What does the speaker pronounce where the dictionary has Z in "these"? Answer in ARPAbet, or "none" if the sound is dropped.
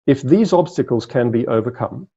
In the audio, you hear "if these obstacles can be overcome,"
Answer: Z